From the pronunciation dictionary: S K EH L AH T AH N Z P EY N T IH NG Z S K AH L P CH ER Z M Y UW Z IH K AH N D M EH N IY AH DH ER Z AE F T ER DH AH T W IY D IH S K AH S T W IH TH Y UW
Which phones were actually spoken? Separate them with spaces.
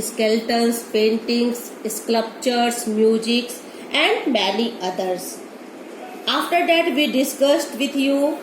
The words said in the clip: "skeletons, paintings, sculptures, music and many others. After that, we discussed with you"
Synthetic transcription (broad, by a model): S K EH L T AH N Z P EY N T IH NG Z S K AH P CH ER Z M Y UW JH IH K AH N D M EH L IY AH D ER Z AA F T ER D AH T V IY D IH S K AH S T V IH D Y UW